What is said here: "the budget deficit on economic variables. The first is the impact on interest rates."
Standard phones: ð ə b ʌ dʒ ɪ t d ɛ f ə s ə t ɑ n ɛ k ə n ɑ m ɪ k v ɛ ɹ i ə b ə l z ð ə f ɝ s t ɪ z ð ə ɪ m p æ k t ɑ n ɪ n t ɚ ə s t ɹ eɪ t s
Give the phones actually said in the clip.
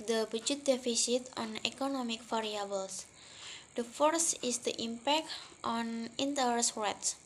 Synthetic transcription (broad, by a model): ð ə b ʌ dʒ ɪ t d ɛ f ə s ə t ɑ n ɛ k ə n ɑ m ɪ k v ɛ ɹ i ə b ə l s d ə f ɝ s ɪ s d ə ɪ m p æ k t ɑ n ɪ n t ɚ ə s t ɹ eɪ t s